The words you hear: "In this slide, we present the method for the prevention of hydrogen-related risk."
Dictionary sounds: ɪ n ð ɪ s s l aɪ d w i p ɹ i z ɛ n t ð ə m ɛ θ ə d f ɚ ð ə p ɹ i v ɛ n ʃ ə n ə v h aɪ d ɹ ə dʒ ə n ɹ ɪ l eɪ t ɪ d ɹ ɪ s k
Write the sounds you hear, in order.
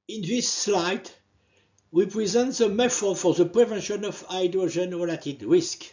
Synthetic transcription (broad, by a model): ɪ n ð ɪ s s l aɪ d w i p ɹ i z ɛ n t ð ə m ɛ f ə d f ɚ ð ə p ɹ i v ɛ n ʃ ə n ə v aɪ d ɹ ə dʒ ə n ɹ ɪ l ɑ t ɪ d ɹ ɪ s k